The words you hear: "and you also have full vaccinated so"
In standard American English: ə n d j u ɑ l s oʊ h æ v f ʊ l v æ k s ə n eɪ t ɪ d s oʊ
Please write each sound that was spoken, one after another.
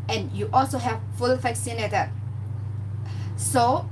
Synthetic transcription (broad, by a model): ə n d j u ɑ l s oʊ h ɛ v f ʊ l f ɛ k s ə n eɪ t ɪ s oʊ